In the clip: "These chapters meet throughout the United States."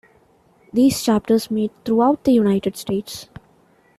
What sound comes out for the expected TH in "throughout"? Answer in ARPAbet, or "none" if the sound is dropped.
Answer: T